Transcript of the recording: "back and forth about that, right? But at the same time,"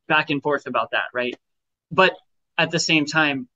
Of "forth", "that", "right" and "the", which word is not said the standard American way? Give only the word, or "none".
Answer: none